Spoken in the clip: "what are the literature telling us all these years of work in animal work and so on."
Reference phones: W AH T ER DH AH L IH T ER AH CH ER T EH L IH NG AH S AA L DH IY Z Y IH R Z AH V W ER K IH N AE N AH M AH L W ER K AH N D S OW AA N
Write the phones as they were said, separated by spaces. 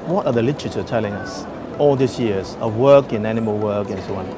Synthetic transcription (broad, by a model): W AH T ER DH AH L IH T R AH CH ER T EH L IH NG AH S AA L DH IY S Y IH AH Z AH W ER K IH N AE N AH M AH L W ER K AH N S OW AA N